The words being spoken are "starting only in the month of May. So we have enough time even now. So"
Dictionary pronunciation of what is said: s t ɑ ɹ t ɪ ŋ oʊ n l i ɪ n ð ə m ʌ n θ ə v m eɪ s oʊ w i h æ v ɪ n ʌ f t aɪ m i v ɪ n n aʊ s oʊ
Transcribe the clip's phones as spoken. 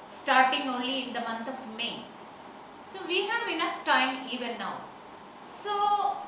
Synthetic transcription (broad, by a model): s t ɑ ɹ t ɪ ŋ oʊ n l i ɪ n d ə m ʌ n t ə v m eɪ s oʊ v i h æ v ɪ n ʌ f t aɪ m i v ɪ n n aʊ s oʊ